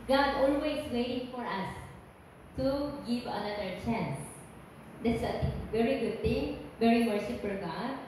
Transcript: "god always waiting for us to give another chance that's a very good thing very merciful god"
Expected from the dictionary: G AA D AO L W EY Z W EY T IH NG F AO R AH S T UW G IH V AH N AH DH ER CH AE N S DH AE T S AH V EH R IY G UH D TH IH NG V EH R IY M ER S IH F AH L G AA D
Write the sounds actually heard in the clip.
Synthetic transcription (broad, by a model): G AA D AO L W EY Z W EY T IH NG F AO R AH S T UW G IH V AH N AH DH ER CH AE N S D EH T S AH V EH R IY G UH D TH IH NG V EH R IY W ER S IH P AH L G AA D